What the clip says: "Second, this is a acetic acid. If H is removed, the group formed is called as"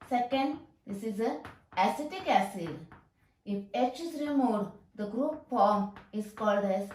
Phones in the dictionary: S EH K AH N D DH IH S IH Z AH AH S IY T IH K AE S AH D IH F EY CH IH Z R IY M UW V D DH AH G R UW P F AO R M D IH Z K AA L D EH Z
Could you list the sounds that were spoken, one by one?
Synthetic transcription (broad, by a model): S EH K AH N D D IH S IH Z AH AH S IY T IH K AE S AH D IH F EY CH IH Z R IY M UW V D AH G R UW P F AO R M IH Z K AA L D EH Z